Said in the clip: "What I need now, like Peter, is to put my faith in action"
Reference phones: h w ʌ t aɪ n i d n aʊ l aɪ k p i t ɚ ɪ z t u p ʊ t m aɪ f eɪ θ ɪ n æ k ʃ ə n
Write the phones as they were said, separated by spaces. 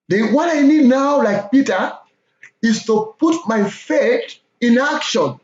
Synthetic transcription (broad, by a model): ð w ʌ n aɪ n i d n aʊ l aɪ k p i t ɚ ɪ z t u p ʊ t m aɪ f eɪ t ɪ n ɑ k ʃ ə n